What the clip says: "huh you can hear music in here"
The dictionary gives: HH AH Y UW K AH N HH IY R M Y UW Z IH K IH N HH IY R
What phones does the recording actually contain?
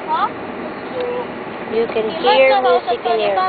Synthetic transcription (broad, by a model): Y UW K AH N HH IY R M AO S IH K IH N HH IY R